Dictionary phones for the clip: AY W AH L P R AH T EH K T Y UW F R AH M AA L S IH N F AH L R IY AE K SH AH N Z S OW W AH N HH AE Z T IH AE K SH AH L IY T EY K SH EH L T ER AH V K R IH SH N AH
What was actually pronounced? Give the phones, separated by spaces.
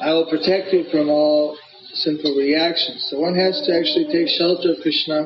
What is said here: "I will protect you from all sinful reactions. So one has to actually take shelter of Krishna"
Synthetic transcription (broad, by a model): AY W AH L P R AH T EH K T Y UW F R AH M AA L S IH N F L R IY AE K SH AH N Z S OW W AH N HH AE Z T IH AE K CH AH L IY T EY K SH EH L T ER AH V K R IH SH N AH